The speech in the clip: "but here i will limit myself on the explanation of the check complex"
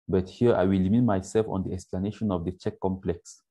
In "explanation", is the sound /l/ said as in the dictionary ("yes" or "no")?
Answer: yes